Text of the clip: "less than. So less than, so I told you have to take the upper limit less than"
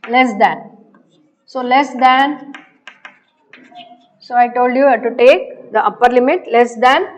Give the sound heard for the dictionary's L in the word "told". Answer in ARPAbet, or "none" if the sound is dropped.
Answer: L